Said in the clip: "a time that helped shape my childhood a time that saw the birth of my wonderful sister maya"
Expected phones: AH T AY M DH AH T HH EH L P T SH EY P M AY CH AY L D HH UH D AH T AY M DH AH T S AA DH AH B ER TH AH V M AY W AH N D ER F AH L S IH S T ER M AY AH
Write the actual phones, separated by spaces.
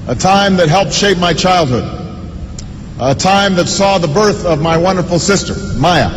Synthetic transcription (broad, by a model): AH T AY M DH AH T HH EH L P T SH EY P M AY CH AY L D HH UH D AH T AY M DH AH T S AA DH AH B ER TH AH V M AY W AH N D ER F L S IH S T ER M AY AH